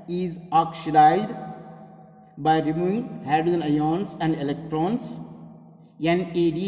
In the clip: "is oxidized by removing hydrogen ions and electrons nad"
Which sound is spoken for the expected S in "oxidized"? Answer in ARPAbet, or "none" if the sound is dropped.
SH